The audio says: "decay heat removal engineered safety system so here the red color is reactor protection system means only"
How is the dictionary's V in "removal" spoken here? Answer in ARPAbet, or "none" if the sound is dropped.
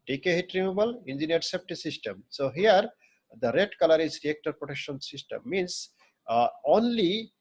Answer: B